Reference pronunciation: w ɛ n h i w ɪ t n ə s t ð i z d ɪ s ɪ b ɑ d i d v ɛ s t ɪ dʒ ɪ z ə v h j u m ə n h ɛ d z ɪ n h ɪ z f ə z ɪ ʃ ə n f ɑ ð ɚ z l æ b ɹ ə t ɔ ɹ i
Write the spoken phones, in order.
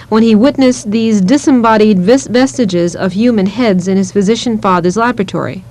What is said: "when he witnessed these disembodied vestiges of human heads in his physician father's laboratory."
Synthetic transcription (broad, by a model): w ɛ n i w ɪ t n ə s ð i z d ɪ s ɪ b ɑ d i d v ɛ s t ɪ dʒ ɪ z ə v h j u m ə n h ɛ d z ɪ n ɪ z f ə z ɪ ʃ ə n f ɑ ð ɚ z l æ b ɹ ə t ɔ ɹ i